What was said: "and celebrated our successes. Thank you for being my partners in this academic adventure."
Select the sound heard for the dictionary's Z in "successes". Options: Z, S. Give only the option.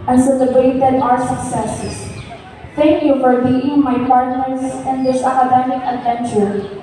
S